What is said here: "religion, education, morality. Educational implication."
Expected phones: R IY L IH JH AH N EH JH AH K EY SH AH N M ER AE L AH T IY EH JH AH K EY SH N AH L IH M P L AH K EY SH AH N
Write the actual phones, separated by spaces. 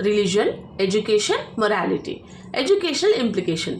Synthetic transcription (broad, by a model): R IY L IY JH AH N EH JH AH K EY SH AH N M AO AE L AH T IY EH JH AH K EY SH N AH L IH M P L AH K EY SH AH N